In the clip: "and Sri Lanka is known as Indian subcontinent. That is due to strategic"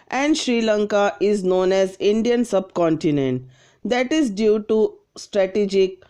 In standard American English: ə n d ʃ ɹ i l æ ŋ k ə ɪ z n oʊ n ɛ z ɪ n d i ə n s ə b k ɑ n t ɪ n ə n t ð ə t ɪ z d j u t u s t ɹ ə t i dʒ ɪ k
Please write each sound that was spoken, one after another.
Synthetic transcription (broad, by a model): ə n d ʃ ɹ i l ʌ ŋ k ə ɪ z n oʊ n ɛ z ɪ n d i ə n s ə b k ɑ n t ɪ n ə n t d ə t ɪ z d j u t u s t ɹ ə t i dʒ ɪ k